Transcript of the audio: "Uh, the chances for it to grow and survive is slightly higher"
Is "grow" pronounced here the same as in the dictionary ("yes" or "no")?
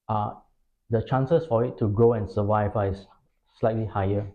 yes